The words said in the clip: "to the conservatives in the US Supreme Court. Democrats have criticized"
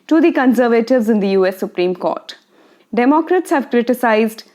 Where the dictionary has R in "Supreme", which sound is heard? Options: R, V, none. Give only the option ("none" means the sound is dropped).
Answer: R